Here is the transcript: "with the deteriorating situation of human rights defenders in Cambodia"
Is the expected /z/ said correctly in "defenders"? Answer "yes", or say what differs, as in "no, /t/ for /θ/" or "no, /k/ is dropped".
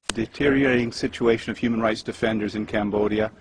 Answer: yes